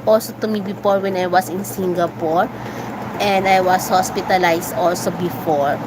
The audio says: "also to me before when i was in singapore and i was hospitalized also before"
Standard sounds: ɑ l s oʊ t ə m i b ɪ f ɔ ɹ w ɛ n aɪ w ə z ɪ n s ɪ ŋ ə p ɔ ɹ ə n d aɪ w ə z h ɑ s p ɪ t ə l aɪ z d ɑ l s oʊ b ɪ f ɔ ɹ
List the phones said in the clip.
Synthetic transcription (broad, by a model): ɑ l s oʊ t ə m i b ɪ f ɔ ɹ w ɛ n aɪ w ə s ɪ n s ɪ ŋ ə p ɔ ɹ ə n d aɪ w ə s h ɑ s p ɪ t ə l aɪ s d ɑ l s oʊ b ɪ f ɔ ɹ